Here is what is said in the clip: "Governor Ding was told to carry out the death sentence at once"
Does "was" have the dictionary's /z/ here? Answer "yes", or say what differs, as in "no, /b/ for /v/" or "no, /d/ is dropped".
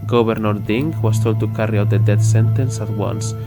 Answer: no, /s/ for /z/